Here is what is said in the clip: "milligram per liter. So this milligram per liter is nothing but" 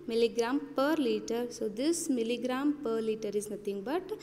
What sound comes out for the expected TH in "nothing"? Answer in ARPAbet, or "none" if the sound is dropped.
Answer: T